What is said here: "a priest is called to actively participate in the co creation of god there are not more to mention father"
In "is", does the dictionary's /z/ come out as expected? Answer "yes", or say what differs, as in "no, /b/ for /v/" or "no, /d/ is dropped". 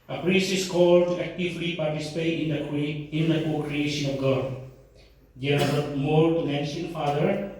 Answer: no, /s/ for /z/